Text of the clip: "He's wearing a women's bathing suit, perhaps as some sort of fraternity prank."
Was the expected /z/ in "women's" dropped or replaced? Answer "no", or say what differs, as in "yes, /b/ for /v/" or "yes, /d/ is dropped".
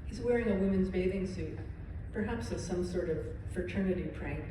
no